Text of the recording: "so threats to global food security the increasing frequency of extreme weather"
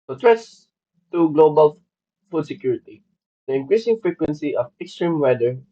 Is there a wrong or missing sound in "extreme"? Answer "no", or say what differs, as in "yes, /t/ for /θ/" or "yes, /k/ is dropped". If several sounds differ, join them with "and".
no